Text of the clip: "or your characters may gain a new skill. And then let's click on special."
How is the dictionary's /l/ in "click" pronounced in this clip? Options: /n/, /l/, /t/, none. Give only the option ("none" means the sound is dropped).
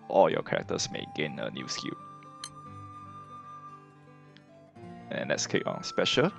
none